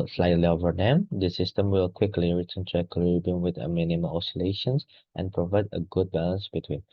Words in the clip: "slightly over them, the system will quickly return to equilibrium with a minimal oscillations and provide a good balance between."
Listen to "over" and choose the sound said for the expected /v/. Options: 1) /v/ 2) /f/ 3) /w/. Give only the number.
1